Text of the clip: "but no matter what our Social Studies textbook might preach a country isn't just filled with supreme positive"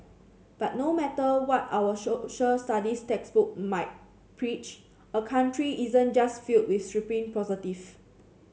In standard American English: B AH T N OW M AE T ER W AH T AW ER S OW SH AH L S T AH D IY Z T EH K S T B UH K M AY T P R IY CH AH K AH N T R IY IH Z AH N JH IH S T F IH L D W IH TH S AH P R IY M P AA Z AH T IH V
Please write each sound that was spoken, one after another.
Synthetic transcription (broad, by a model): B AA T N OW M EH T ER W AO T AW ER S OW SH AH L S T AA D IY S T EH K S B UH K M AY T P R IY CH AH K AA N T R IY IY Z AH N JH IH S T F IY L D W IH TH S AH P IY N P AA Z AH T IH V